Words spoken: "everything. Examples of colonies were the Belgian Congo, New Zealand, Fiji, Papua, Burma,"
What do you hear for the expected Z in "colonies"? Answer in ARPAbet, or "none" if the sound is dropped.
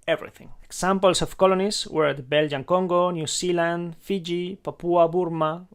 S